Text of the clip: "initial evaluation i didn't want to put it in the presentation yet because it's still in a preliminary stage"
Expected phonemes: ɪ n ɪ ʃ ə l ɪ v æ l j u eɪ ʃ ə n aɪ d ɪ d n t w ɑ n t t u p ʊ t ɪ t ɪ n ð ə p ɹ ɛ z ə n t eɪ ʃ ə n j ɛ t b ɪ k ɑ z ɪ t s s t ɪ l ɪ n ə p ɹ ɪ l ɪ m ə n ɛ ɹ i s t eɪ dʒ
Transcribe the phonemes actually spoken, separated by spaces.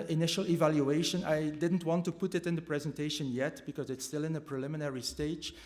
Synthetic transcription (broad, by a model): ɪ n ɪ ʃ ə l ɪ v æ l j u eɪ ʃ ə n aɪ d ɪ d n t w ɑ n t t u p ʊ t ɪ t ɪ n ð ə p ɹ ɛ z ə n t eɪ ʃ ə n j ɛ t b ɪ k ɑ z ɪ t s s t ɪ l ɪ n ə p ɹ ɪ l ɪ m ə n ɛ ɹ i s t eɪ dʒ